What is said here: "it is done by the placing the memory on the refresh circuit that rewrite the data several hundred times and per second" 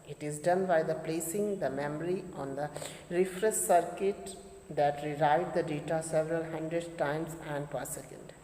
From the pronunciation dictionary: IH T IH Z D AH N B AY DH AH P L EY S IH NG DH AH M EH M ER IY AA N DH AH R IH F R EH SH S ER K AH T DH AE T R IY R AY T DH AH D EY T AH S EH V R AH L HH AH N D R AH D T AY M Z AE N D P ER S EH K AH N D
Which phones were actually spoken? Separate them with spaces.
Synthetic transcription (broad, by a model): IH T IH Z D AH N B AY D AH P L EY S IH NG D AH M EH M ER IY AA N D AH R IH F R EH S S ER K AH T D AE T R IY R AY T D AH D EY T AH S EH V R AH L HH AH N D R AH D T AY M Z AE N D P ER S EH K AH N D